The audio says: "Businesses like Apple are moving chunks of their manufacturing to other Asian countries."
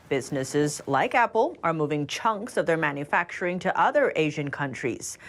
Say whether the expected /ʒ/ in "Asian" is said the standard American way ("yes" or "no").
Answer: yes